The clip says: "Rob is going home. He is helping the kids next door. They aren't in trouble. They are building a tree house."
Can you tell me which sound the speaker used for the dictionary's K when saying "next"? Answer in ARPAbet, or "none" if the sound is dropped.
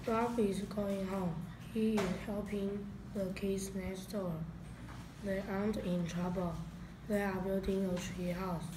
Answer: none